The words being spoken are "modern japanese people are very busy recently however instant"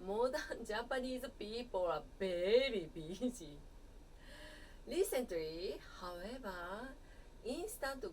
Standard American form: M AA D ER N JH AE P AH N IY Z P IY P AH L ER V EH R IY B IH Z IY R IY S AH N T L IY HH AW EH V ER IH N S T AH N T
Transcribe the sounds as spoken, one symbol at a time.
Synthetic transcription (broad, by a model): M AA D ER N JH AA P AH N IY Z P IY P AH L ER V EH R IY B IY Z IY L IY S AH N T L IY HH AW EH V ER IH N S T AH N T